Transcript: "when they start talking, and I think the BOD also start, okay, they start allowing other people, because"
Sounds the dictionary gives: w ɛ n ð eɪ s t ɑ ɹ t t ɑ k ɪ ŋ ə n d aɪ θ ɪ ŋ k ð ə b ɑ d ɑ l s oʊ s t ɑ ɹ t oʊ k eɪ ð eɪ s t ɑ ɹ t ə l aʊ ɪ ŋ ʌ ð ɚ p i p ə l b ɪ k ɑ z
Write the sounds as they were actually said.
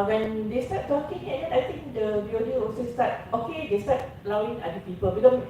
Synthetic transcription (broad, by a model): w ɛ n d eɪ s t ɑ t t ɑ k ɪ ŋ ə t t aɪ t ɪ ŋ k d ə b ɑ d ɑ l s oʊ s t ɑ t oʊ k eɪ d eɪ s t ɑ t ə l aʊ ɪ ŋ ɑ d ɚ p i p ə l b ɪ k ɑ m